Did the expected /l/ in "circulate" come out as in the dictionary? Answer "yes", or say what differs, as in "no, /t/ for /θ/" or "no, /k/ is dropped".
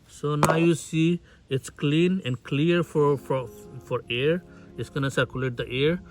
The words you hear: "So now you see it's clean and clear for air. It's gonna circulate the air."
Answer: yes